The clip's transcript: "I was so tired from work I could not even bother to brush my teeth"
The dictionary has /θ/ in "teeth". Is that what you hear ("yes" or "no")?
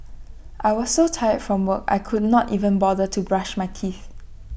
yes